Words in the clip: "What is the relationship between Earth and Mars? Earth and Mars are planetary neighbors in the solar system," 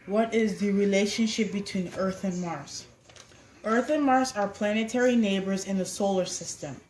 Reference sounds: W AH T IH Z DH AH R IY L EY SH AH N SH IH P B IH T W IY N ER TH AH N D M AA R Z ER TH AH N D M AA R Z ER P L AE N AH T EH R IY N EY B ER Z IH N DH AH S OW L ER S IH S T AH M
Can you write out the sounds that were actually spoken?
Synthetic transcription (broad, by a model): W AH T IH Z DH AH R IY L EY SH AH N SH IH P B IH T W IY N ER TH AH N M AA R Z ER TH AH N M AA R S ER P L AE N AH T EH R IY N EY B ER Z IH N DH AH S OW L ER S IH S T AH M